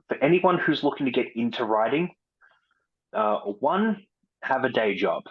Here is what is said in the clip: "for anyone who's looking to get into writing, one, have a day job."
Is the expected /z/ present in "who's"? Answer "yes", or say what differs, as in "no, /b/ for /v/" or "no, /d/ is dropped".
yes